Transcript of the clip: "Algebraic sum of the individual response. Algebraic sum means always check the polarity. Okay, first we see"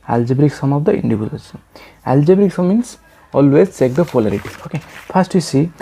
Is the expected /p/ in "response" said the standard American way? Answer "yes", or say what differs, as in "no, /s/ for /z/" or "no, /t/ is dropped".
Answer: no, /p/ is dropped